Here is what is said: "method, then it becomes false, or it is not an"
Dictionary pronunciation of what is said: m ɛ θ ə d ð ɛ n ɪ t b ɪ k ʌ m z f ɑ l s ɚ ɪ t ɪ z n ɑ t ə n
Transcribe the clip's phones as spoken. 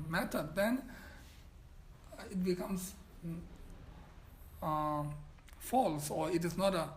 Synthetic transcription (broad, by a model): m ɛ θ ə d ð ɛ n ɪ t b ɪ k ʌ m s f ɑ l s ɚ ɪ t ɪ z n ɑ t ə